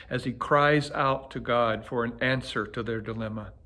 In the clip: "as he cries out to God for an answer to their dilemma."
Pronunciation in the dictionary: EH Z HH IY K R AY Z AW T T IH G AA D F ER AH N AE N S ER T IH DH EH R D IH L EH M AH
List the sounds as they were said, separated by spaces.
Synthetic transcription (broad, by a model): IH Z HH IY K R AY Z AW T T IH G AA D F ER AH N AE N S ER T IH DH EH R D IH L EH M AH